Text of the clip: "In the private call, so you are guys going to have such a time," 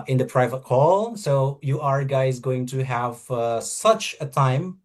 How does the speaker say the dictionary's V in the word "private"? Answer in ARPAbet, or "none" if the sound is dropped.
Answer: V